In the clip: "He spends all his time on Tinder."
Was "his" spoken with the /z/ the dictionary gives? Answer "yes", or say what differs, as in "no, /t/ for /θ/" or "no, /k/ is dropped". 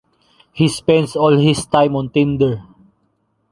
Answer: no, /s/ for /z/